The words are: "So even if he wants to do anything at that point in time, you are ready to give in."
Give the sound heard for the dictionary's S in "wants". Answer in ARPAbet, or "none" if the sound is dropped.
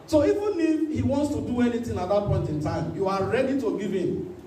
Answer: S